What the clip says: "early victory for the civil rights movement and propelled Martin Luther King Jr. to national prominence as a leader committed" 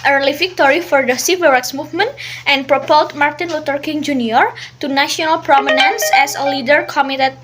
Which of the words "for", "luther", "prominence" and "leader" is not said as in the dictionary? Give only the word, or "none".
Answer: luther